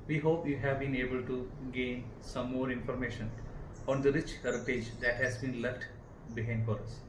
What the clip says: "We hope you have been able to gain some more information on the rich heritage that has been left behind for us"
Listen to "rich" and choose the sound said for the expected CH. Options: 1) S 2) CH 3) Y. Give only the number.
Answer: 2